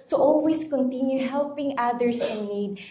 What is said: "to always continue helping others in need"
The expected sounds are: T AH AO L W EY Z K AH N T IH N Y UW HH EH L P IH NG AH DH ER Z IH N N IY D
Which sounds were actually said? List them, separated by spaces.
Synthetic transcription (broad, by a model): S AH AO L W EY S K AH N T IH N Y UW HH EH L P IH NG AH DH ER S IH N N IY D